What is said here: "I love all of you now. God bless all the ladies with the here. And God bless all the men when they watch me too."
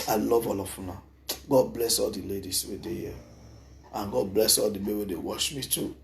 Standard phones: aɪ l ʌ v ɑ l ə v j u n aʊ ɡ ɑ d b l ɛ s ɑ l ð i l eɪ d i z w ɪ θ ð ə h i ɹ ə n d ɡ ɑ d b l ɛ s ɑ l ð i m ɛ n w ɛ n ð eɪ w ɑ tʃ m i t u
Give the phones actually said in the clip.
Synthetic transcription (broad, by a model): aɪ l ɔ v ɑ l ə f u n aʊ ɡ ɑ d b l ɛ s ɑ l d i l eɪ d i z w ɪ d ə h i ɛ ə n ɡ ɑ d b l ɛ s ɑ l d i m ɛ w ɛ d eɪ w ɑ ʃ m i t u